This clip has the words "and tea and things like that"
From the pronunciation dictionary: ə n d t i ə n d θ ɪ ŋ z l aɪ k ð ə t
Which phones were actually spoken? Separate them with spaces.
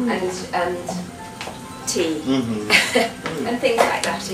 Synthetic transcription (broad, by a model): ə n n t i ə n θ ɪ ŋ z l aɪ k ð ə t